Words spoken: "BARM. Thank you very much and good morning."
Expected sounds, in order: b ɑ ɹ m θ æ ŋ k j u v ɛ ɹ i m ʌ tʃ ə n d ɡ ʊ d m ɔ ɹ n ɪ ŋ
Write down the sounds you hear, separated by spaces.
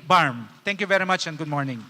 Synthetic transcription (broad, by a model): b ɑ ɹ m t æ ŋ k j u v ɛ ɹ i m ʌ tʃ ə n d ɡ ʊ d m ɔ ɹ n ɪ ŋ